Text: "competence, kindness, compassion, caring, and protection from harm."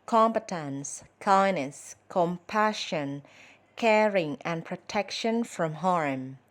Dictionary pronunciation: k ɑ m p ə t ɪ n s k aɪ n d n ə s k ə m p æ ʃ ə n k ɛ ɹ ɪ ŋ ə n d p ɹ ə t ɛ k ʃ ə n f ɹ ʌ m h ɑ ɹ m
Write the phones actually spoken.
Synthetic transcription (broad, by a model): k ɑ m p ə t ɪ n s k aɪ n n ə s k ə m p æ ʃ ə n k ɛ ɹ ɪ ŋ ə n p ɹ ə t ɛ k ʃ ə n f ɹ ʌ m h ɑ ɹ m